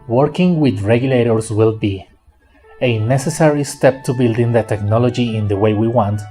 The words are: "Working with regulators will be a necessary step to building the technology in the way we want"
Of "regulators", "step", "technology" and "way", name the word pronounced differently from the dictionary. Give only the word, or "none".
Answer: regulators